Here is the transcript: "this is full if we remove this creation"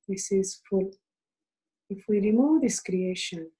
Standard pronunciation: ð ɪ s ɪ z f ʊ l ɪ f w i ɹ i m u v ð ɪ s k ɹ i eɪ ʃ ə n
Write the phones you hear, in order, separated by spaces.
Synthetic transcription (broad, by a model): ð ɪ s ɪ z f ʊ l ɪ f w i ɹ i m u v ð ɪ s k ɹ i eɪ ʃ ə n